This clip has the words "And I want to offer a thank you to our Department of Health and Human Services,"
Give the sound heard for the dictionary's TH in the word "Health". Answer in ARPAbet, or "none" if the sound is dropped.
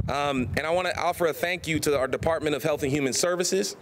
TH